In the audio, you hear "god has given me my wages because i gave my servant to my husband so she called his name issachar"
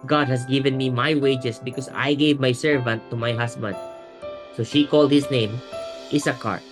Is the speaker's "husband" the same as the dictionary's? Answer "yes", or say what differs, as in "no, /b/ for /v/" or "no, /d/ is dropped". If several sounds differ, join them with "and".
no, /s/ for /z/